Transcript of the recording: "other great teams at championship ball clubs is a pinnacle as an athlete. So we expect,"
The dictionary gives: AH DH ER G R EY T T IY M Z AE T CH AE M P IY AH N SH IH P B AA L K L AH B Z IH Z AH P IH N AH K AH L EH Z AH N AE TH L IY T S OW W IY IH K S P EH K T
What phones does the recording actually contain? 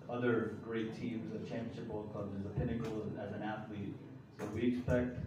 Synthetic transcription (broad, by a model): AH DH ER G R EY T T IY M Z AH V CH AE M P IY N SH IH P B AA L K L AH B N IH Z AH P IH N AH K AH L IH Z AH N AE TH L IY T S OW W IY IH K S P EH K T